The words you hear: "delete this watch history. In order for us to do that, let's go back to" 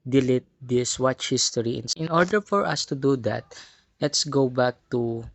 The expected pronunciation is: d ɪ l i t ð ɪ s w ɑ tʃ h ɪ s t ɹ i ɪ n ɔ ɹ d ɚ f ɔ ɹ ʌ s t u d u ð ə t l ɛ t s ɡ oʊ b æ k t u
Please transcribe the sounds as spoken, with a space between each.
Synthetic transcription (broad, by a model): d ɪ l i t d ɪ s w ɑ tʃ h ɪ s t ɹ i ɪ n ɔ ɹ d ɚ f ɔ ɹ ʌ s t u d u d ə t l ɛ t s ɡ oʊ b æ k t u